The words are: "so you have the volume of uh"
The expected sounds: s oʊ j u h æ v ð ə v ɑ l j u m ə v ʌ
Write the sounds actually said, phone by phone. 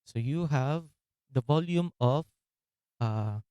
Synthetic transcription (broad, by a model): s oʊ j u h æ v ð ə v ɑ l j u m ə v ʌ